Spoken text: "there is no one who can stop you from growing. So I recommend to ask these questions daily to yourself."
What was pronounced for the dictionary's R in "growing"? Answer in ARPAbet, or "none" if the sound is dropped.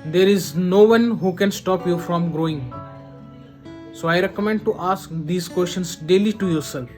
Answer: R